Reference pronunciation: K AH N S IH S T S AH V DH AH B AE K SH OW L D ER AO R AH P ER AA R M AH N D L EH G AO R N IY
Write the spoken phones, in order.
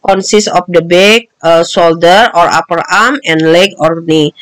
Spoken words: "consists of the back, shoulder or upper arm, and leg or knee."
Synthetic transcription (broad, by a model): K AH N S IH S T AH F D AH B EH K S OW L D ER AO R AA P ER AA R M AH N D L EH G AO R N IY